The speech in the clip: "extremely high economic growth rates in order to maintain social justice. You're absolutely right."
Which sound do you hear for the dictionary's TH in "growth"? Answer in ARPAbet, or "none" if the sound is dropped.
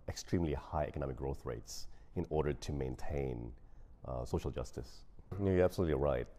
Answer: TH